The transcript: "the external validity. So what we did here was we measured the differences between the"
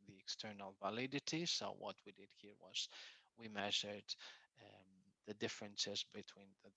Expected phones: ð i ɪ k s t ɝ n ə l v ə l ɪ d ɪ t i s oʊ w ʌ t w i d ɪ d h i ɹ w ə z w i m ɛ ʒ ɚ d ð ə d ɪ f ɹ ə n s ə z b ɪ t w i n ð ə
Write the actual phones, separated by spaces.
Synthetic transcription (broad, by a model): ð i ɪ k s t ɝ n ə l v ə l ɪ d ɪ t i s oʊ w ʌ t w i d ɪ d h i ɹ w ə z w i m ɛ ʒ ɚ d ð ə d ɪ f ɹ ə n s ə z b ɪ t w i n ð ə